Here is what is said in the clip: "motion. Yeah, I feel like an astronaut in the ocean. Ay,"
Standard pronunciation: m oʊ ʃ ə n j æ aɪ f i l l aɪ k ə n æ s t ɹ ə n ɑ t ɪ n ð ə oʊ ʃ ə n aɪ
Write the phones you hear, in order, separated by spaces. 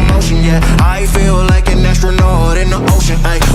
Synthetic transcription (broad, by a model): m oʊ ʃ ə n j æ aɪ f i l l aɪ k ə n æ s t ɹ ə n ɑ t ɪ n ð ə oʊ ʃ ə n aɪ